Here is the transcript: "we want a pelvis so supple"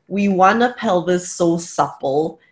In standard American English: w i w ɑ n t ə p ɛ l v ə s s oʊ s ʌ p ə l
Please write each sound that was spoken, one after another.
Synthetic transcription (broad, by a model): w i w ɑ n ə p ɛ l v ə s s oʊ s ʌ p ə l